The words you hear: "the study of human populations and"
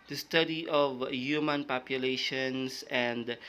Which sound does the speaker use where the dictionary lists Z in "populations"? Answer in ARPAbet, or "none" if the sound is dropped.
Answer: S